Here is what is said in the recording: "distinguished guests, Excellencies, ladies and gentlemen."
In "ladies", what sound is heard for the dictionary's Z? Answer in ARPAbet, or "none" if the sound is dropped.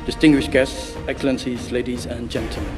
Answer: Z